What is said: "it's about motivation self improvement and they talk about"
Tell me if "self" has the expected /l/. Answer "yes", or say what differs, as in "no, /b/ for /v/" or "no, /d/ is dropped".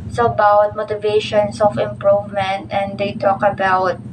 no, /l/ is dropped